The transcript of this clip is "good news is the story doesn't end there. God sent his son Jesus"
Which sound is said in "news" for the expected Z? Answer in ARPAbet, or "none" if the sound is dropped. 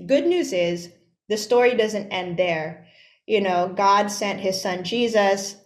Z